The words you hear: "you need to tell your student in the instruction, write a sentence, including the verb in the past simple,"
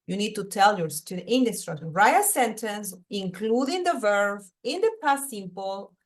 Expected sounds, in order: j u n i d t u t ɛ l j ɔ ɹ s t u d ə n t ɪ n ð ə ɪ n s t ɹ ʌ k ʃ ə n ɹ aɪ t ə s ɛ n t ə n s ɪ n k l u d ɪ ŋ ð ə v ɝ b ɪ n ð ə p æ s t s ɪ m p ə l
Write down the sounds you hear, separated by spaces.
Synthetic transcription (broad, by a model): j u n i d t u t ɛ l j ɔ ɹ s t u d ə t ɪ n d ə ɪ s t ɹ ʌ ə ɹ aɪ ə s ɛ n t ə n s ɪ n k l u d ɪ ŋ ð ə v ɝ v ɪ n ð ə p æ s s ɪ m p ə l